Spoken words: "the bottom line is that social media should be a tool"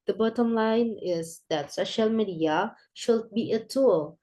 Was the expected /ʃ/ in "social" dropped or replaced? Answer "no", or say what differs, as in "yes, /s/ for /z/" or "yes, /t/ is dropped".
no